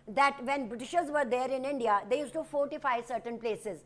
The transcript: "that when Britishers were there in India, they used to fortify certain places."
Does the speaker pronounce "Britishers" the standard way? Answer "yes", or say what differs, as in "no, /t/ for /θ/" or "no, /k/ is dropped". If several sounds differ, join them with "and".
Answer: yes